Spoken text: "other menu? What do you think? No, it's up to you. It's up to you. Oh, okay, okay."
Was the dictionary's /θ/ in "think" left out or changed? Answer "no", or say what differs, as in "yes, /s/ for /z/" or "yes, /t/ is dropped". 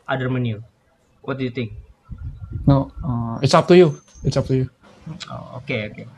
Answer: yes, /t/ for /θ/